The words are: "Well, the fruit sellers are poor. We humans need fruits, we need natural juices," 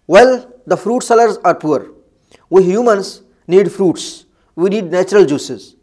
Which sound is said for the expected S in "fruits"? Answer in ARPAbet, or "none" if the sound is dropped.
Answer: S